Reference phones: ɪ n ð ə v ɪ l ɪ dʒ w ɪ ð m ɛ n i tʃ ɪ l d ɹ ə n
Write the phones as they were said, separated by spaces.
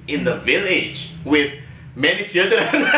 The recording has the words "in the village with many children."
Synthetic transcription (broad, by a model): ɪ n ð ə v ɪ l ɪ dʒ w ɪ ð m ɛ n i tʃ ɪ l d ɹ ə n